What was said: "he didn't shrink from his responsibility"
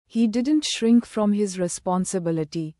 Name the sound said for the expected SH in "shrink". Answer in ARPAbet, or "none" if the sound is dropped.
SH